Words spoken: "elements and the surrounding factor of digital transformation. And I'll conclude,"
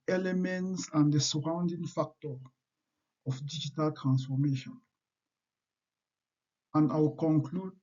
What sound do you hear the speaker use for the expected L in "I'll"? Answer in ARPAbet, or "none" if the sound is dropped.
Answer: W